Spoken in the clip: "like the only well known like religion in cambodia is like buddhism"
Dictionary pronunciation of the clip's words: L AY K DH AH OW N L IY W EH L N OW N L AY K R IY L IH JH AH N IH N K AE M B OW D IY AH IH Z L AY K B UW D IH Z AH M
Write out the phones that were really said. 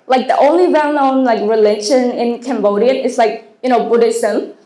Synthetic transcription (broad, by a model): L AY K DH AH OW N L IY W EH L N OW N L AY K R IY L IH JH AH N IH N K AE M B OW D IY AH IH S L AY K B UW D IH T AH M